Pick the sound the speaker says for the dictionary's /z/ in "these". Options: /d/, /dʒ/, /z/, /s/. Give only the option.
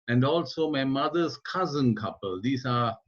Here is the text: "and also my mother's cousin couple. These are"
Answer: /s/